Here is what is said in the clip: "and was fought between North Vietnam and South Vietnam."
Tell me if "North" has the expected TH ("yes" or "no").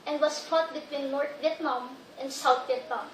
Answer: no